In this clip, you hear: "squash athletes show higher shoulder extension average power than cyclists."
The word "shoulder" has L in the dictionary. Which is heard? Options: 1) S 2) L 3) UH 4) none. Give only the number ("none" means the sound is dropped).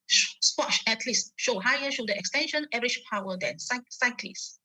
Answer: 4